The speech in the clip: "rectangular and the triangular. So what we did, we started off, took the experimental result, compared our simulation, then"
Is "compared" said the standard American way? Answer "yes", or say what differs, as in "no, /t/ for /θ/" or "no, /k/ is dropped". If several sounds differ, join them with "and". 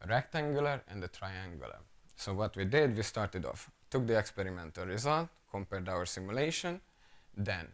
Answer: yes